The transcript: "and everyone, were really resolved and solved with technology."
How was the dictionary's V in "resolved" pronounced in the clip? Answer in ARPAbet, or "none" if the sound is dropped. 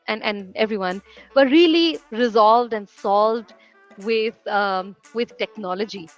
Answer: V